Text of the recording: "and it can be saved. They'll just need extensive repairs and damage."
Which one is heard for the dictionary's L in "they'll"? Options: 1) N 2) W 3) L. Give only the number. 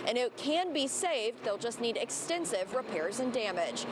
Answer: 3